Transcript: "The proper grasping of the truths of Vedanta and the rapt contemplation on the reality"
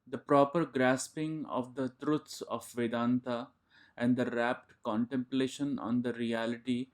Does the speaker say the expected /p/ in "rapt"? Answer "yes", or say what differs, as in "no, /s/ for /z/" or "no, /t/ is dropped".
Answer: yes